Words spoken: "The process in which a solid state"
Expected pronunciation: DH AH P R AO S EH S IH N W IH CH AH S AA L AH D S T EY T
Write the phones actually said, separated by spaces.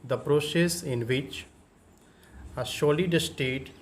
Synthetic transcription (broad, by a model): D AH P R AO S EH S IH N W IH CH AH SH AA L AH D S T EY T